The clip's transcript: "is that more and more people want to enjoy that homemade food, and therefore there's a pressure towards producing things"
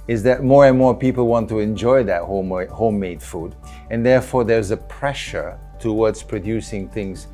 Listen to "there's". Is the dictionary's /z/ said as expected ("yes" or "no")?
yes